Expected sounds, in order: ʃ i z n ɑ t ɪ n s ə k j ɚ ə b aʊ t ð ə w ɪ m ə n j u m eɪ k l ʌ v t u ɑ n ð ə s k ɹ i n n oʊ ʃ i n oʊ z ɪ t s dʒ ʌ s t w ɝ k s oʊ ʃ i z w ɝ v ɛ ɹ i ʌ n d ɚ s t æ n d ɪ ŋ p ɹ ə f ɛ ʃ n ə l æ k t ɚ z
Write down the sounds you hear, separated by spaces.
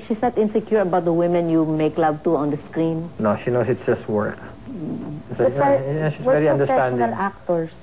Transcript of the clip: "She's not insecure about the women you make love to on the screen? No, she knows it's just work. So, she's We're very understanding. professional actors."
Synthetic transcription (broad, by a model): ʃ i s n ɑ t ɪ n s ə k j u ə b aʊ t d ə w ɪ m ə n j u m eɪ k l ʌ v t u ɑ n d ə s k ɹ i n n oʊ ʃ i n oʊ s ɪ t s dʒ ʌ s t w ɝ k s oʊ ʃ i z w v ɛ ɹ i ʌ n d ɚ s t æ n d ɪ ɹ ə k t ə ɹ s